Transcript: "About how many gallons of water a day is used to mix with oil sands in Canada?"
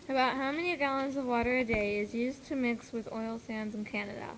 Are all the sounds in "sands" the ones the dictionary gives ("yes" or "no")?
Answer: yes